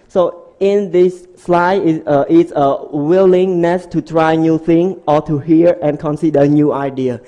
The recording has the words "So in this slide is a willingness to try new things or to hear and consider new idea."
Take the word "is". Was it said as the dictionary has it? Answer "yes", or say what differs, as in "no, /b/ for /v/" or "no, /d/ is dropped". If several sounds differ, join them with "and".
no, /s/ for /z/